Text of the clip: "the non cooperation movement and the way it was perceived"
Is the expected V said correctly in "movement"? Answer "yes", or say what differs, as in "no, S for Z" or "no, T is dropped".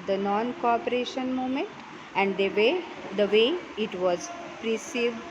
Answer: no, V is dropped